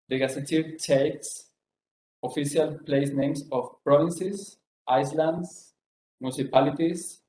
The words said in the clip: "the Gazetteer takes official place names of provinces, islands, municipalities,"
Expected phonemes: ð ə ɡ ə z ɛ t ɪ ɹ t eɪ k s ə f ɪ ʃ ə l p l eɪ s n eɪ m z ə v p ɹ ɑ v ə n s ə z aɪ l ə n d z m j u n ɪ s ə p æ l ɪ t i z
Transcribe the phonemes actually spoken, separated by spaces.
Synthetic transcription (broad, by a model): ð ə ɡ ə s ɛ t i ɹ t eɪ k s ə f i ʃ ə l p l eɪ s n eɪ m s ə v p ɹ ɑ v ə n s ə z aɪ l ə n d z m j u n s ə p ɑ l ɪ t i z